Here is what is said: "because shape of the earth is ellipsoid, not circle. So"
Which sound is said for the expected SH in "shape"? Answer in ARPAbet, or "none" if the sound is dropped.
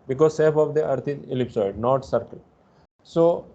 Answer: S